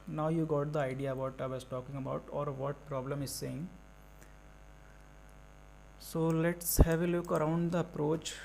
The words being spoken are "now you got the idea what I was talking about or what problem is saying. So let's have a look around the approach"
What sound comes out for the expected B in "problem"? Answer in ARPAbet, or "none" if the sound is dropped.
B